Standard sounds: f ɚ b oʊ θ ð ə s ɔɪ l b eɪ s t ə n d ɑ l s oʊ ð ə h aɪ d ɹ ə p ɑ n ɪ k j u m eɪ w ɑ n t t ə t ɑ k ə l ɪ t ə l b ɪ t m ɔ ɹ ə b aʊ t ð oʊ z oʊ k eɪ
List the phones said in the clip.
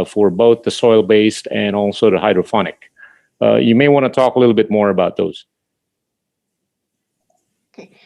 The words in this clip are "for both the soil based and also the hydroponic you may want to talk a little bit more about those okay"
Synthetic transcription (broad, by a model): f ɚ b oʊ θ ð ə s ɔɪ l b eɪ s t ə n ɑ l s oʊ ð ə h aɪ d ɹ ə f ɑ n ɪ k j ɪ m eɪ w ɑ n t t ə t ɑ k ə l ɪ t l b ɪ t m ɔ ɹ ə b aʊ t ð oʊ z